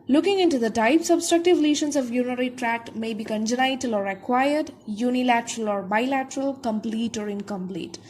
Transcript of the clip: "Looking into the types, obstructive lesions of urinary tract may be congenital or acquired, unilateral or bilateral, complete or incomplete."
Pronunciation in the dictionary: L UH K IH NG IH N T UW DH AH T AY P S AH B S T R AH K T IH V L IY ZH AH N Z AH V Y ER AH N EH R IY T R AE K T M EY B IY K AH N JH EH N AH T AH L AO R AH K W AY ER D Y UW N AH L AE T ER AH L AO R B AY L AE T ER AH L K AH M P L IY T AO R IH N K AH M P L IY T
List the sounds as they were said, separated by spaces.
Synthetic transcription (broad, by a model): L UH K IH NG IH N T UW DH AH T AY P S AH B S T R AH K T IH V L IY SH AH N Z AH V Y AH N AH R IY T R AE T M EY B IY K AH N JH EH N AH T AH L AO R AH K W AY ER D Y UW N AH L AE T ER AH L AO R B AY L AE T ER AH L K AH M P L IY T AO R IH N K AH M P L IY T